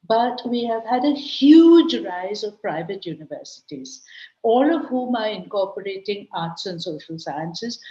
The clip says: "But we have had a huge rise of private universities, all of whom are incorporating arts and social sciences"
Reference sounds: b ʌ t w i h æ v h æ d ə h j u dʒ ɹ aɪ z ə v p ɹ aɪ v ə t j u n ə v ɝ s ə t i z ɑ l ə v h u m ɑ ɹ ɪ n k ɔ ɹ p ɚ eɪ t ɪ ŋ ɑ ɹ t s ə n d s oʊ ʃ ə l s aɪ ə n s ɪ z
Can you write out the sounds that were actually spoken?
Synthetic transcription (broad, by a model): b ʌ t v i h æ v h æ d ə h j u dʒ ɹ aɪ z ə v p ɹ aɪ v ə t j u n ə v ɝ s ə t i z ɑ l ə v h u m ɑ ɹ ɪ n k ɔ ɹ p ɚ eɪ t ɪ ŋ ɑ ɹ t s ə n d s oʊ ʃ ə l s aɪ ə n s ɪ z